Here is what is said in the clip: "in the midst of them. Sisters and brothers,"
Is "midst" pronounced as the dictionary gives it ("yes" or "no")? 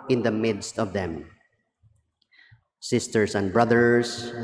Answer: yes